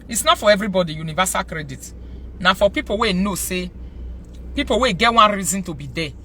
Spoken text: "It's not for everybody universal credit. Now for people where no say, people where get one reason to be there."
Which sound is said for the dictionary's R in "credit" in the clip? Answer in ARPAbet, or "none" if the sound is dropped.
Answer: R